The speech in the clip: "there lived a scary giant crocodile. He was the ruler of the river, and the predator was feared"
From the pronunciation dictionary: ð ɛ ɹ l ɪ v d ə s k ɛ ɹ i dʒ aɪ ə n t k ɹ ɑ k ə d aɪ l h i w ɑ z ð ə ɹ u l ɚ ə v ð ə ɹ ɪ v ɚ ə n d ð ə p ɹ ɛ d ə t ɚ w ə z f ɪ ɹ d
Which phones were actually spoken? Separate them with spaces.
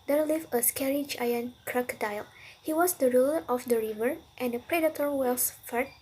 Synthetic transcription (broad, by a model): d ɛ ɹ l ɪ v ə s k ɛ ɹ i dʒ aɪ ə n k ɹ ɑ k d aɪ l h i w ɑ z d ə ɹ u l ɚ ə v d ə ɹ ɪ v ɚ ə n d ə p ɹ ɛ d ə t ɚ w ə s f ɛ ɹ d